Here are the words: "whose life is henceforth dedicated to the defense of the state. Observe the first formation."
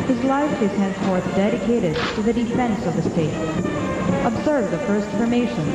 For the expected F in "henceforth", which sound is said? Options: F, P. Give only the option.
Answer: F